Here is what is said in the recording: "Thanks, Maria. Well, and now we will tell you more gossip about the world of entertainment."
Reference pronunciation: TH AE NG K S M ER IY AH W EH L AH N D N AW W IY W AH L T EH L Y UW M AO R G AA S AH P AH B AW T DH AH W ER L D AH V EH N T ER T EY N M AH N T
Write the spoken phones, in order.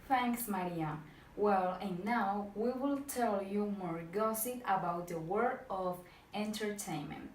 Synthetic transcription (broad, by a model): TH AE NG K S M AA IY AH W EH L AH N N AW W IY W AH L T EH L Y UW M AO R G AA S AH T AH B AW T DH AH W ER D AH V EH N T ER T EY N M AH N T